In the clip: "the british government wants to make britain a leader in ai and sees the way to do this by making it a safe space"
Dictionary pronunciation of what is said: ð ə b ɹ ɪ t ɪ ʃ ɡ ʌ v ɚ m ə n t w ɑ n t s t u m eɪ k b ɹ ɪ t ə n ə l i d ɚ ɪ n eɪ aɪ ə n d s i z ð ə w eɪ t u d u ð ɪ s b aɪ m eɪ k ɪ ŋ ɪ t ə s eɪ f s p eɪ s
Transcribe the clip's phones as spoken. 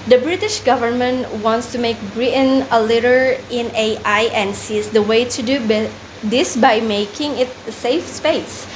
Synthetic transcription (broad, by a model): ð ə b ɹ ɪ t ɪ ʃ ɡ ʌ v ɚ m ə n t w ɑ n t s t u m eɪ k b ɹ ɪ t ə n ə l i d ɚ ɪ n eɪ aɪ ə n s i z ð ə w eɪ t u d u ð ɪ s b aɪ m eɪ k ɪ ŋ ɪ t s eɪ f s p eɪ s